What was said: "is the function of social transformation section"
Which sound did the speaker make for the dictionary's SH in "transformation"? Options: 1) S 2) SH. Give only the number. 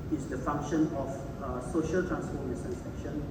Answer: 1